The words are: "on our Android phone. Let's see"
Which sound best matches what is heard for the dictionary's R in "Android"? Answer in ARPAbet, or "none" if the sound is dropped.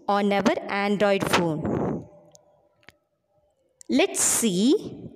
R